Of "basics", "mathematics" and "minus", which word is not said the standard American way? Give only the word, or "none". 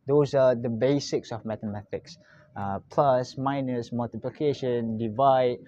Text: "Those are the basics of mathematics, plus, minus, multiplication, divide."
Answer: mathematics